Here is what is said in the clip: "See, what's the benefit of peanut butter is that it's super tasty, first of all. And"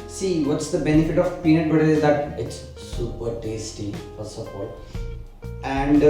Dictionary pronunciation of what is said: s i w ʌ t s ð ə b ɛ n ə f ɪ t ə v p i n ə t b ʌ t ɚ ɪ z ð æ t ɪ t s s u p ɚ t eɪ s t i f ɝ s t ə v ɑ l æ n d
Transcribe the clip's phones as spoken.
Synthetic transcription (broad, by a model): s i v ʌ t s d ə b ɛ n ə f ɪ t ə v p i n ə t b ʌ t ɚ ɪ z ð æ t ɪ t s s u p ɚ t eɪ s t i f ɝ s ə f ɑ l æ n d